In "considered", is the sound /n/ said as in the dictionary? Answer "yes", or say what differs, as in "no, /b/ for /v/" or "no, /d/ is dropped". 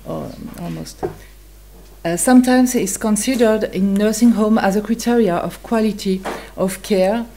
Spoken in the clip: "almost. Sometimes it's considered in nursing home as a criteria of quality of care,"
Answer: yes